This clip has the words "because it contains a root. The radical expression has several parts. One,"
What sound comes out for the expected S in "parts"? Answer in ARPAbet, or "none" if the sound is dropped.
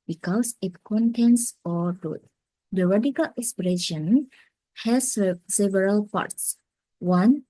S